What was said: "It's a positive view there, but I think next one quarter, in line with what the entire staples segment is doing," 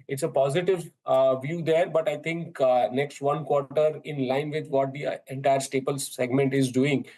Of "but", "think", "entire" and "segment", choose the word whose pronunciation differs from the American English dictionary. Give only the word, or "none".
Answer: think